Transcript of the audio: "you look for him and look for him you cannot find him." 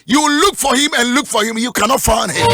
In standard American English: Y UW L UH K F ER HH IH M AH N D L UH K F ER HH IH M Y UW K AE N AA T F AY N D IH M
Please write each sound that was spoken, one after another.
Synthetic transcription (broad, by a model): Y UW L UH K F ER HH IH M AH N L UH K F ER HH IH M Y UW K AE N AA T F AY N IH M